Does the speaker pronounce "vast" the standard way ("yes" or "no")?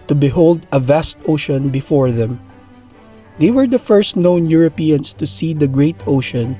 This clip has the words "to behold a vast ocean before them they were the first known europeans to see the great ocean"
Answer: yes